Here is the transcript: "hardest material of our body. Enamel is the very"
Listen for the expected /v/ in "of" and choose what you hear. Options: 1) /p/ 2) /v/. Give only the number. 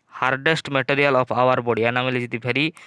1